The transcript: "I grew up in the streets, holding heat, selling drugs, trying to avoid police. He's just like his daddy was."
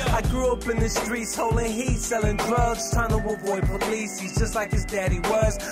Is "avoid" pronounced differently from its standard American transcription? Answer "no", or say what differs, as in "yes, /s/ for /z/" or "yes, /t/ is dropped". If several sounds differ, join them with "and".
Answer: yes, /b/ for /v/